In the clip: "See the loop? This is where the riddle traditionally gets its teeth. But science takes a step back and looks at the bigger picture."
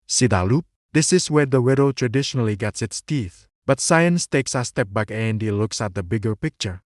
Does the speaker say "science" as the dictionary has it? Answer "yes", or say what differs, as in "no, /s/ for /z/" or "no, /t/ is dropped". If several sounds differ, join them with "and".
yes